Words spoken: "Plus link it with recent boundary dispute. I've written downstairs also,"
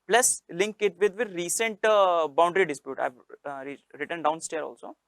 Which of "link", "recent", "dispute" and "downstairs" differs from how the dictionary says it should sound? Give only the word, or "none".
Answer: downstairs